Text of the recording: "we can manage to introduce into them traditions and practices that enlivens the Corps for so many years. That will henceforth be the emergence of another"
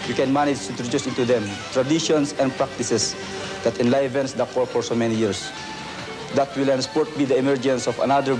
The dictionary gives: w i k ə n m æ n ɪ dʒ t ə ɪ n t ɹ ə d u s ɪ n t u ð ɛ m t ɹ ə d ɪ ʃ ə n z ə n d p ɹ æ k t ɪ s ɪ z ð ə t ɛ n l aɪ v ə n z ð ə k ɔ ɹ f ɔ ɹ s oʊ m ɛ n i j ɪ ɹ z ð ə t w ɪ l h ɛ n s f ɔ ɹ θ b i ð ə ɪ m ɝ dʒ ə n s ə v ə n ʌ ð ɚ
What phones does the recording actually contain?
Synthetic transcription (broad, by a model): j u k ə n m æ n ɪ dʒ t ə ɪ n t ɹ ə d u s ɪ n t u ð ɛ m t ɹ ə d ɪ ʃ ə n s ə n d p ɹ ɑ k t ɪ s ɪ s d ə t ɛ n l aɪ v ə n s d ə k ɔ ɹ f ɔ ɹ s oʊ m ɛ n i j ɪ ɹ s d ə t w ɪ l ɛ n s p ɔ ɹ t b i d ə ɪ m ɝ dʒ ə n s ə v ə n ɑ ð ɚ